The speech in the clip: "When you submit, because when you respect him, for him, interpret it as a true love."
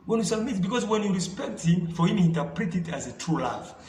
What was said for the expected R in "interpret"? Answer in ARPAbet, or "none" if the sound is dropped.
R